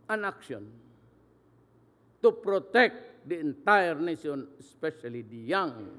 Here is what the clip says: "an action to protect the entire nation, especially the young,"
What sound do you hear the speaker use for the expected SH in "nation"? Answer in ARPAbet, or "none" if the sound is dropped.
S